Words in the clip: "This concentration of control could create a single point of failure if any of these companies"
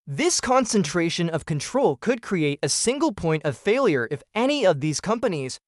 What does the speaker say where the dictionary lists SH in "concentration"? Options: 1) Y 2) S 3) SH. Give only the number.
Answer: 3